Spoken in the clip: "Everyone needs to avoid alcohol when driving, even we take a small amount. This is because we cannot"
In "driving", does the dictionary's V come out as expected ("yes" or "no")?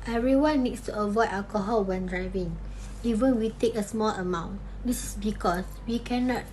yes